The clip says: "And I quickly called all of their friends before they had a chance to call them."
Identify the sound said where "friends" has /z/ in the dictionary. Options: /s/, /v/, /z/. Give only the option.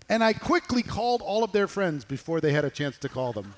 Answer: /z/